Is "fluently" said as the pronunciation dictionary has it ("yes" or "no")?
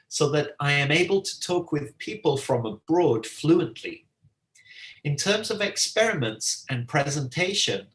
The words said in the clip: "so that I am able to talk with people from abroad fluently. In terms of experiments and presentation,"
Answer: yes